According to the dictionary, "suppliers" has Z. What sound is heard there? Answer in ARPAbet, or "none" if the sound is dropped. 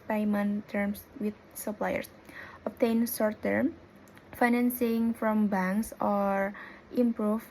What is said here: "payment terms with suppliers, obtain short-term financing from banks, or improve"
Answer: S